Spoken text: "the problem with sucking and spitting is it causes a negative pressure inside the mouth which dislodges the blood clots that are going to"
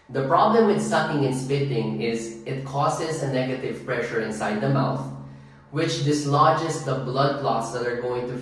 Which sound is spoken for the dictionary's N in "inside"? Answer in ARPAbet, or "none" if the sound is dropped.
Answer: N